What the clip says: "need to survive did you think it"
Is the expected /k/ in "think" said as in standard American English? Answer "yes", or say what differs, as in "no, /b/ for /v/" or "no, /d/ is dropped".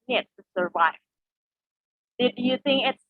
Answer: yes